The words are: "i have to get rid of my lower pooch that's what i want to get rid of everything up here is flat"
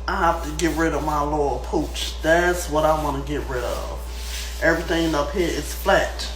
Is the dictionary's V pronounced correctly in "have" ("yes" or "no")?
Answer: no